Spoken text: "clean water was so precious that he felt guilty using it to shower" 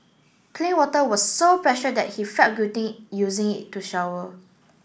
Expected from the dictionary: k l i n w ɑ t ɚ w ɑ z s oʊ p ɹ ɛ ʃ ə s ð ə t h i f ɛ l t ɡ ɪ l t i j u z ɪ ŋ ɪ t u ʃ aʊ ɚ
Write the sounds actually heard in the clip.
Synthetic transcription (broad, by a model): k l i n w ɑ t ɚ w ɑ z s oʊ p ɹ ɛ ʃ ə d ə t h i f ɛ t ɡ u t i j u z ɪ ŋ ɪ t u ʃ aʊ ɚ